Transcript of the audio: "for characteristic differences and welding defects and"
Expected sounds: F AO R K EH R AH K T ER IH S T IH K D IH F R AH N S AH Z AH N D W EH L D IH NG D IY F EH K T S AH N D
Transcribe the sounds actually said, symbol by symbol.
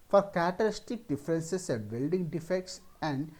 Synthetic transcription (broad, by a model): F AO R K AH T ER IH S T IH K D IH F R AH N S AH S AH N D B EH L D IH NG D IY F EH K T S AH N D